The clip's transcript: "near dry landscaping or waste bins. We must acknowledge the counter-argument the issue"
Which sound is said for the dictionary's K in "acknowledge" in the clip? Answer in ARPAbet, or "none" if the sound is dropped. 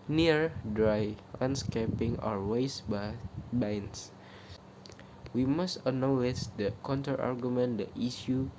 none